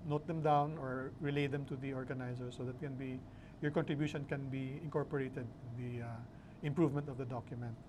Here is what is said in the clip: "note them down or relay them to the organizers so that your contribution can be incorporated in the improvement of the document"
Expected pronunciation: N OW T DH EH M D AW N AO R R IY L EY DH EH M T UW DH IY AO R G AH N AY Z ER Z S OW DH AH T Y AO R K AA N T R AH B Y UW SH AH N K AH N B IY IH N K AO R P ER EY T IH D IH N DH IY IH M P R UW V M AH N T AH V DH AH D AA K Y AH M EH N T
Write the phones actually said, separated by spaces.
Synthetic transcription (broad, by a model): N OW T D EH M D AW N AO R R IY L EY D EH M T UW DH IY AO R G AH N AY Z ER S OW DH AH T Y AO R K AA N T R AH B Y UW SH AH N K AH N B IY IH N K AO R P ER EY T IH D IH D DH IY IH M P R UW V M AH N T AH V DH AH D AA K Y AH M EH N T